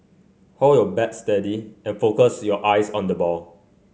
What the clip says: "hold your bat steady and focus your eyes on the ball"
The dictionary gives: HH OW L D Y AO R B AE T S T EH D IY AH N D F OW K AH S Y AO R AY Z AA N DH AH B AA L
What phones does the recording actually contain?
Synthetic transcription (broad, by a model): HH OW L Y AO B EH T S T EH D IY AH N F OW K AH S Y AO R AY S AA N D AH B AA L